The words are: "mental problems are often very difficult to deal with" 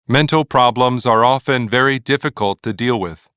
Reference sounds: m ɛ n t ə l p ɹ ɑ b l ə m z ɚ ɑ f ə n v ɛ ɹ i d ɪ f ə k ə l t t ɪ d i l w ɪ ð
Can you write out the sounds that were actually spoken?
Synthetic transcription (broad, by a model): m ɛ n t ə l p ɹ ɑ b l ə m z ɚ ɑ f ə n v ɛ ɹ i d ɪ f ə k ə l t t ɪ d i l w ɪ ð